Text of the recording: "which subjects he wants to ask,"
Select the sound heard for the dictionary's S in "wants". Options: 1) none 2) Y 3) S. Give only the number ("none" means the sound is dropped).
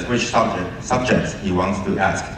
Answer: 3